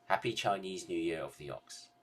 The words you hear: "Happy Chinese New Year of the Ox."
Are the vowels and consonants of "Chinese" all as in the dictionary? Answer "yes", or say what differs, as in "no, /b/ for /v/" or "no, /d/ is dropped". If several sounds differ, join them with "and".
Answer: yes